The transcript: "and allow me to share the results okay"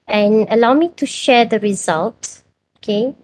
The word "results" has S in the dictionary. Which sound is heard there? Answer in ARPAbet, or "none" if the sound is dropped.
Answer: none